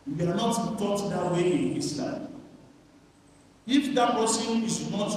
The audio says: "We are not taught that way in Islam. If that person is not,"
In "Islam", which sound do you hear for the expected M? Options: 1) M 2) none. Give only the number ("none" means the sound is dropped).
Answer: 2